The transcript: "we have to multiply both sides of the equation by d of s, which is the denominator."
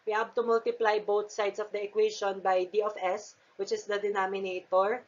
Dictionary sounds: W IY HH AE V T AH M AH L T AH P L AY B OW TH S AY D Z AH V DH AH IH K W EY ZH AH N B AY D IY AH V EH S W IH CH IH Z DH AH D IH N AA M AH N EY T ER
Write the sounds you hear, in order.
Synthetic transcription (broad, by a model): W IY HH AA B T AH M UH L T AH P L AY B OW T S AY D S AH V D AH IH K W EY SH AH N B AY D IY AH F EH S W IH CH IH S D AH D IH N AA M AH N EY T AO